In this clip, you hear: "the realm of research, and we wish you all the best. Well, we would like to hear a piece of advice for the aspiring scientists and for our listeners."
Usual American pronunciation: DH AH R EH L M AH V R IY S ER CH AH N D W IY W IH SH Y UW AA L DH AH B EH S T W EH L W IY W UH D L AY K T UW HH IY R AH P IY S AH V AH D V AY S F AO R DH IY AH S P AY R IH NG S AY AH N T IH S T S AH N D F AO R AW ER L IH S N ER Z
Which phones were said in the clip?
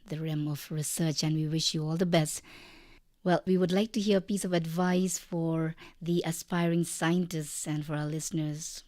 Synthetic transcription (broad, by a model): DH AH R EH M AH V R IY S ER CH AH N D W IY W IH SH Y UW AA L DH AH B EH S T W EH L W IY W UH D L AY K T UW HH IY R AH P IY S AH V AH D V AY S F AO R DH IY AH S P AY R IH NG S AY AH N T IH S T S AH N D F AO R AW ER L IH S N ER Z